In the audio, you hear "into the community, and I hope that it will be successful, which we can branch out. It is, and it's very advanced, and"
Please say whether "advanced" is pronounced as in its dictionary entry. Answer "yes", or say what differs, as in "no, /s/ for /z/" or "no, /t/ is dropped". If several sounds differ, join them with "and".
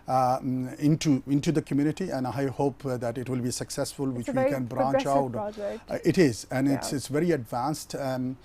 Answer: yes